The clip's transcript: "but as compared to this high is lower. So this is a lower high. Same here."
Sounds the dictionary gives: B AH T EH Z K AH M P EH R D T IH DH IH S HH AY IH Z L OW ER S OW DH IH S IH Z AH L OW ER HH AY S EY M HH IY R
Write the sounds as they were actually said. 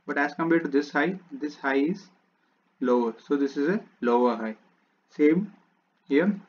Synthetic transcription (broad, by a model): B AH T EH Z K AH M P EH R D S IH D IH S HH AY IH Z L OW ER S OW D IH S IH Z AH L OW ER HH AY S EY M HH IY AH